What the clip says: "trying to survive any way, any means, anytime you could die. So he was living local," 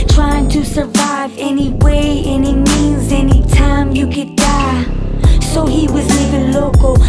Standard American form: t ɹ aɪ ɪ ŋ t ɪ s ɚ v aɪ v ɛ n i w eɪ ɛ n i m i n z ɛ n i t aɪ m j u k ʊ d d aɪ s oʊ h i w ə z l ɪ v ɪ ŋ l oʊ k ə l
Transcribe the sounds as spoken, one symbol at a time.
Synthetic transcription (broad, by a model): t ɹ aɪ ɪ ŋ t ɪ s ɚ v aɪ v ɛ n i w eɪ ɛ n i m i n z ɛ n i t aɪ m j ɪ k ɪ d d aɪ s oʊ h i w ə z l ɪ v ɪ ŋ l oʊ k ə l